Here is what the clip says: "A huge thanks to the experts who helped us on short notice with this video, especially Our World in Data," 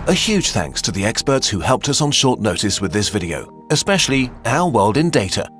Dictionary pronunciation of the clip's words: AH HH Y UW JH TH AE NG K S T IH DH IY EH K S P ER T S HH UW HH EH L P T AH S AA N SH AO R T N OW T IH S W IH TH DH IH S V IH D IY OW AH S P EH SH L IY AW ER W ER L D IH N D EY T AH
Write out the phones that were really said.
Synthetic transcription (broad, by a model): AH HH Y UW JH TH AE NG K S T IH DH IY EH K S P ER T S HH UW HH EH L P T AH S N SH AO R T N OW T IH S W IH DH IH S V IH D IY OW AH S P EH SH L IY AW ER W ER L D IH N D EY T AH